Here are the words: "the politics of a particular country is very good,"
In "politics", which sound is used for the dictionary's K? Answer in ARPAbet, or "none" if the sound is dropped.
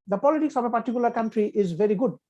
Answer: K